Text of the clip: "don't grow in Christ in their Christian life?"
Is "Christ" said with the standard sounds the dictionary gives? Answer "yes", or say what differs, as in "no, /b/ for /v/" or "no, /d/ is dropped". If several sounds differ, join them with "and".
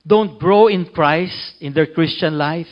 yes